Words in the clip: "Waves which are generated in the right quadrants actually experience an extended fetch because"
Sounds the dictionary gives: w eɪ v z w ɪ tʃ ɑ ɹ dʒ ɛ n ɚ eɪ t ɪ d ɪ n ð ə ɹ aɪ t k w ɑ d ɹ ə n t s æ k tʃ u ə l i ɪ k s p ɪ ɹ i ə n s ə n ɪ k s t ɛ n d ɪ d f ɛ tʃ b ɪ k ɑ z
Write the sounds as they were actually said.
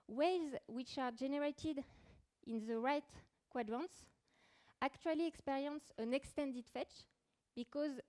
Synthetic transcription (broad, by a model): w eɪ z w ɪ tʃ ɑ ɹ dʒ ɛ n ɚ eɪ t ɪ d ɪ n ð ə ɹ aɪ t k w ɑ d ɹ ə n t s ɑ k tʃ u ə l i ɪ k s p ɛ ɹ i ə n s ə n ɪ k s t ɛ n d ɪ d f ɛ tʃ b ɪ k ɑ z